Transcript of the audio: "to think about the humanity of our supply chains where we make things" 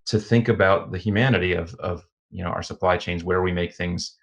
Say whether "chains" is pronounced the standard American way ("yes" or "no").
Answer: yes